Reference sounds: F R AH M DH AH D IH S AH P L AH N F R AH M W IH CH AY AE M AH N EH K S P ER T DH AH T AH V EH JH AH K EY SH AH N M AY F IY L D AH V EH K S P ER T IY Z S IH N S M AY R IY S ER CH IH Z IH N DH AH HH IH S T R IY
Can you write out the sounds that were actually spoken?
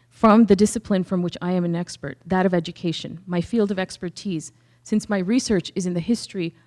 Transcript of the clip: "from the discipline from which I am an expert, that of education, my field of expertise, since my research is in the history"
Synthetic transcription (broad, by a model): F R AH M DH AH D IH S AH P L AH N F R AH M W IH CH AY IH M AH N EH K S P ER T DH AH T AH V EH JH AH K EY SH AH N M AY F IY L D AH V EH K S P ER T IY Z S IH N S M AY R IY S ER CH IH Z IH N DH AH HH IH S T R IY